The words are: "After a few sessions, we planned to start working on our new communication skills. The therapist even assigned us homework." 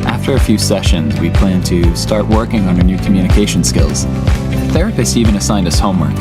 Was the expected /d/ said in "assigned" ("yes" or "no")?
yes